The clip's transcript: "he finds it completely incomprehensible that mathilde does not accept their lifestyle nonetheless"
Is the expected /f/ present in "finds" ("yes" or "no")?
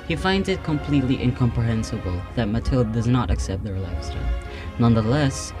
yes